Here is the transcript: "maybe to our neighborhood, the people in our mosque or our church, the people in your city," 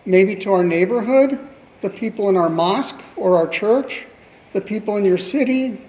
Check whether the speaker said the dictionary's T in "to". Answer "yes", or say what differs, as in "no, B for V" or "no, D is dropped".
yes